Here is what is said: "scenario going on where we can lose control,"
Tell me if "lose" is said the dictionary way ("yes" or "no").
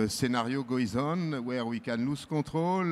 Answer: no